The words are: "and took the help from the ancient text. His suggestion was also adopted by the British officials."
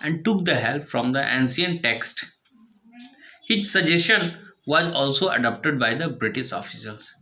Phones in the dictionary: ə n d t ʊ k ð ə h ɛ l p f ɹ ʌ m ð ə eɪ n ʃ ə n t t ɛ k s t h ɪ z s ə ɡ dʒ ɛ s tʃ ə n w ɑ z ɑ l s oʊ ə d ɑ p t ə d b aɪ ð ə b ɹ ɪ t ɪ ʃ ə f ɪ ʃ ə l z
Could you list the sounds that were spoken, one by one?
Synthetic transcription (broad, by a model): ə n d t ʊ k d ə h ɛ l p f ɹ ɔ m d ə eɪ n s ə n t t ɛ k s t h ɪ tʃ s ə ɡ dʒ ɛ s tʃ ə n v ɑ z ɑ l s oʊ ə d ɑ p t ə d b aɪ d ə b ɹ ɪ t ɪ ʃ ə f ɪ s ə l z